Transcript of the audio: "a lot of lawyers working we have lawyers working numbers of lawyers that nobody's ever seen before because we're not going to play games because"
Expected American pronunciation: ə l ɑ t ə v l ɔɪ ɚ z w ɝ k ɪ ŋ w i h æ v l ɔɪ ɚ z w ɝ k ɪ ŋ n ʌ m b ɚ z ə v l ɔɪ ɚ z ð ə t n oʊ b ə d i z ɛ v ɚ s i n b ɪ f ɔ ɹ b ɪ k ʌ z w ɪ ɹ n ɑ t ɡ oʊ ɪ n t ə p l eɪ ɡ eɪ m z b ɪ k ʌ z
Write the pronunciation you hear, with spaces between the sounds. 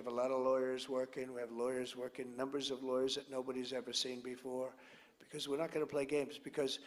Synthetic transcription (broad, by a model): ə l ɑ t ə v l ɔɪ ɚ z w ɝ k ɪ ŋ w i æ v l ɔɪ ɚ z w ɝ k ɪ ŋ n ʌ m b ɚ z ə v l ɔɪ ɚ z ð ə t n oʊ b ə d i z ɛ v ɚ s i n b ɪ f ɔ ɹ b ɪ k ʌ z w ɪ ɹ n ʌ t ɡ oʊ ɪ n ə p l eɪ ɡ eɪ m z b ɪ k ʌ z